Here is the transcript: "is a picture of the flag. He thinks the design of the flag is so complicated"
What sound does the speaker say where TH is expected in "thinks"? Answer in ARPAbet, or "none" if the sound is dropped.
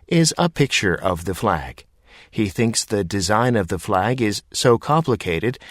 TH